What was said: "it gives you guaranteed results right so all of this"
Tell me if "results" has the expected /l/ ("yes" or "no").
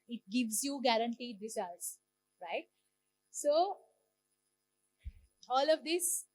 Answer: no